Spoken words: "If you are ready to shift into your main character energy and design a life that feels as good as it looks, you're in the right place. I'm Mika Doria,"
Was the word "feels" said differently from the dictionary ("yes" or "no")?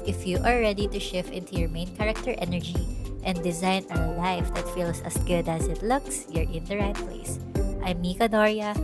yes